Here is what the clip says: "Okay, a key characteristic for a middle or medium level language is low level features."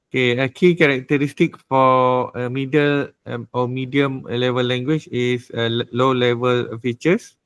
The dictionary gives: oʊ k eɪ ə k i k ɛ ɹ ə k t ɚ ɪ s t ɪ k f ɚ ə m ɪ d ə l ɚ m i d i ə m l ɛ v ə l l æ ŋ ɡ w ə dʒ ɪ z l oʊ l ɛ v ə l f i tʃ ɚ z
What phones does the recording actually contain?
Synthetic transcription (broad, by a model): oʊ k eɪ ə k i k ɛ ɹ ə k t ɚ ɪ s t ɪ k f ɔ ə m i d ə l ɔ m i d i ə m l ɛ v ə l l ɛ ŋ ɡ w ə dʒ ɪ s l oʊ l ɛ v ə l f i tʃ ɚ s